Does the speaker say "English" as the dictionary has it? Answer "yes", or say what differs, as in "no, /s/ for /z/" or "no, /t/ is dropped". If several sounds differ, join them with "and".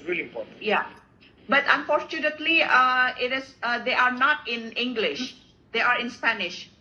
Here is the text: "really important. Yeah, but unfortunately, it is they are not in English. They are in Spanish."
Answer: yes